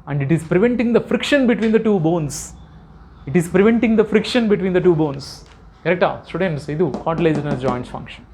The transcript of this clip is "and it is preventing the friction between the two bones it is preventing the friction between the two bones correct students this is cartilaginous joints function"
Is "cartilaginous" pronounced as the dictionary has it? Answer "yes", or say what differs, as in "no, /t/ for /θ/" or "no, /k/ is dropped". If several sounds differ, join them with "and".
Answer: no, /l/ is dropped and /z/ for /dʒ/